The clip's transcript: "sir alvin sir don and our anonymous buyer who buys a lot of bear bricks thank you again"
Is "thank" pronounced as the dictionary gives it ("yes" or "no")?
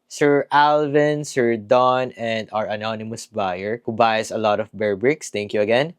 no